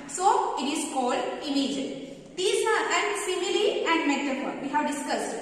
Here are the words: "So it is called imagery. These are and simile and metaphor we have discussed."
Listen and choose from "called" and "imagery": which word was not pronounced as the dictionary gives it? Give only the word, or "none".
imagery